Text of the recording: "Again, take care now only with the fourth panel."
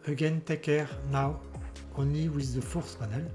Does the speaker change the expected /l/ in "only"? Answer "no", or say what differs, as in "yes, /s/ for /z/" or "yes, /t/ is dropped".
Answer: yes, /l/ is dropped